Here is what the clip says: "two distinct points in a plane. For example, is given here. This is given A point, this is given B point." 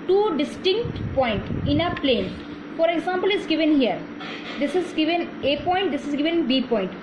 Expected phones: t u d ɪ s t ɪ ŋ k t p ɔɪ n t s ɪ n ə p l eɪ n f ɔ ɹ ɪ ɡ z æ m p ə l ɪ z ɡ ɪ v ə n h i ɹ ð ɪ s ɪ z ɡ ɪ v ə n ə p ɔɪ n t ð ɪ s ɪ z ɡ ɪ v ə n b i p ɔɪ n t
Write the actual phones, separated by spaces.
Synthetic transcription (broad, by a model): t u d ɪ s t ɪ ŋ k t p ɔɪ n t ɪ n ə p l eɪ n f ɔ ɹ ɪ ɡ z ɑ m p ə l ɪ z ɡ ɪ v ə n h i ɹ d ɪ s ɪ z ɡ ɪ v ə n ə p ɔɪ n t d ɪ s ɪ z ɡ ɪ v ə n b i p ɔɪ n t